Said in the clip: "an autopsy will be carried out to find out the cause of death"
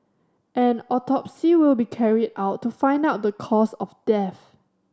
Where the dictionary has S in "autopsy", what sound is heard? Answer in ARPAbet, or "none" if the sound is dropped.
S